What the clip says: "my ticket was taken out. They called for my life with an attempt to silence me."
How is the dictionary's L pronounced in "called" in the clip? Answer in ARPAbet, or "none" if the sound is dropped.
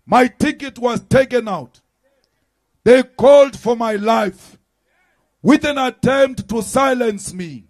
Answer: L